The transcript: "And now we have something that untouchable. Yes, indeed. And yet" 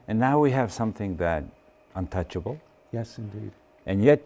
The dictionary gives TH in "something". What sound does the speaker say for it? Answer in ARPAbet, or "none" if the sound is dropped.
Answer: TH